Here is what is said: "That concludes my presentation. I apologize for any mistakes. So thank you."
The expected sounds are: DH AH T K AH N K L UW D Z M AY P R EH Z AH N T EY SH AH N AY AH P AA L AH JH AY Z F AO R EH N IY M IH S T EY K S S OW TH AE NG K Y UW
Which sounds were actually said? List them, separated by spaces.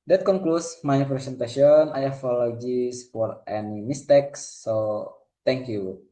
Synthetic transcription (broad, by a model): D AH T K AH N K L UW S M AY P R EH S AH N T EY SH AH N AY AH F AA L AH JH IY S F AO R EH N IY M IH S T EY K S S OW T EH NG K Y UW